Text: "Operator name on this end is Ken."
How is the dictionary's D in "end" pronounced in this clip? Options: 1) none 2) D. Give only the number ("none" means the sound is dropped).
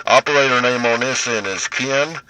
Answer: 1